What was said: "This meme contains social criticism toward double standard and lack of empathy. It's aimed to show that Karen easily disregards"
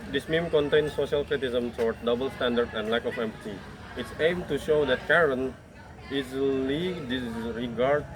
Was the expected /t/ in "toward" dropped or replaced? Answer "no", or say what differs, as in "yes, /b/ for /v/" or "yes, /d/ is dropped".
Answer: yes, /s/ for /t/